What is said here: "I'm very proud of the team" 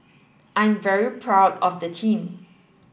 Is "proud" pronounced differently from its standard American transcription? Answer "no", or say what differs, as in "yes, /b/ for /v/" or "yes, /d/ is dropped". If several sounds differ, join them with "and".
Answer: no